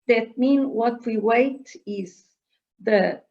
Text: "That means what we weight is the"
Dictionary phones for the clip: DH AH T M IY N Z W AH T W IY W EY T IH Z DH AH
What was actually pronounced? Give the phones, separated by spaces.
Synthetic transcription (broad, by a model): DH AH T M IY N W AH T W IY W EY T IH Z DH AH